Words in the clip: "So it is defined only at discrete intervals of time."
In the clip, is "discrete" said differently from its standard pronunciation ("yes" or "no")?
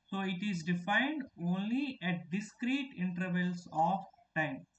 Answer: no